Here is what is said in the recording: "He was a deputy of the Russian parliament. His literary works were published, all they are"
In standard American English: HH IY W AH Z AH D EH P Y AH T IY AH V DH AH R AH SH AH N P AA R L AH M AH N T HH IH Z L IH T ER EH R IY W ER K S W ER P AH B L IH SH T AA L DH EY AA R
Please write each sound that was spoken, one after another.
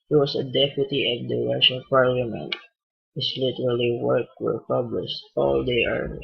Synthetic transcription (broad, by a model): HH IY W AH S AH D EH P Y AH T IY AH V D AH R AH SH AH N P AA R L AH M AH N T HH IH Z L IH T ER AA L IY W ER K W ER P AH B L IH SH T AA L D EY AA R